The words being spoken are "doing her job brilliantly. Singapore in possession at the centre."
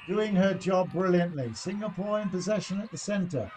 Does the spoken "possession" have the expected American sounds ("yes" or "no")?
yes